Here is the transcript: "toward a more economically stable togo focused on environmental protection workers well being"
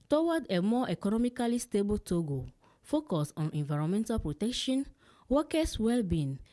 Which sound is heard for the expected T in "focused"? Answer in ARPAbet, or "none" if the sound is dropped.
none